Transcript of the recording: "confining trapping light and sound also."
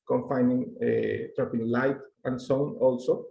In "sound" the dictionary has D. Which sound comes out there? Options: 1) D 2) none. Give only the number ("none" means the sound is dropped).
2